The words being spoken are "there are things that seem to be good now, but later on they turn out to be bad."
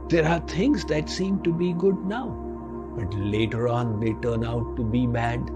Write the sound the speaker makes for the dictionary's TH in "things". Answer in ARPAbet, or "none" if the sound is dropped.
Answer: T